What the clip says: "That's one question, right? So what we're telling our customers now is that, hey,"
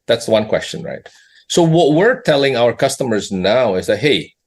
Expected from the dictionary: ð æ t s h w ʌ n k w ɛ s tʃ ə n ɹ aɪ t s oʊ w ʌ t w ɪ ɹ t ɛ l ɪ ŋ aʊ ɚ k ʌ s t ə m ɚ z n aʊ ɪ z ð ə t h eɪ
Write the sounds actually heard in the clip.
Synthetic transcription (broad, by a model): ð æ t s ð w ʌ n k w ɛ s tʃ ə n ɹ aɪ t s oʊ w ʌ t w ɪ ɹ t ɛ l ɪ ŋ aʊ ɚ k ʌ s t ə m ɚ z n aʊ ɪ z ð ə t h eɪ